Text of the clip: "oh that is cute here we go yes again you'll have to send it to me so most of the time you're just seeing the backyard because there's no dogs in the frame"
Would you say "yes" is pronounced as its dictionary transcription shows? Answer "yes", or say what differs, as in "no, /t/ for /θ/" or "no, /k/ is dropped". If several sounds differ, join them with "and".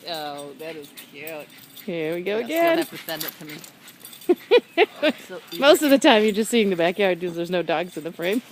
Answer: no, /s/ is dropped